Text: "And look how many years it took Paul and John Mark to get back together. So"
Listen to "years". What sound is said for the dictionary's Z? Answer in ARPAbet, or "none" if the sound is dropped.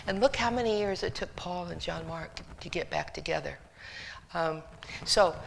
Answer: Z